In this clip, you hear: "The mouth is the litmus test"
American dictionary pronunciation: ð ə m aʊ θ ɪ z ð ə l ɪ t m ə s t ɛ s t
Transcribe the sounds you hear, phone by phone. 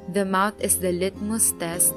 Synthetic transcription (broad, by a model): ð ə m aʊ t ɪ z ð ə l ɪ t m ə s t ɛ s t